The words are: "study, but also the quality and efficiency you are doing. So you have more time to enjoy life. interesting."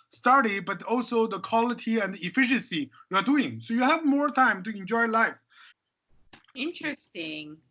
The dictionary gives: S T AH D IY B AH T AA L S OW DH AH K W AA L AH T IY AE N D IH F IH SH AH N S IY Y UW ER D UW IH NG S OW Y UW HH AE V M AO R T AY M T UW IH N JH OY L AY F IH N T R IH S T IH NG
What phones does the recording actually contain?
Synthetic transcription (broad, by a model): S T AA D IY B AH T AA L S OW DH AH K W AA L AH T IY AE N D IH F IH SH AH N S IY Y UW ER D UW IH NG S OW Y UW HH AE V M AO R T AY M T UW IH N JH OY L AY F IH N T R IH S T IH NG